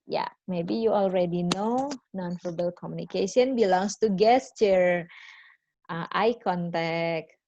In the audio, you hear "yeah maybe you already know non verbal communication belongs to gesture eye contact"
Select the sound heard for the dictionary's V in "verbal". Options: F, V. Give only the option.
F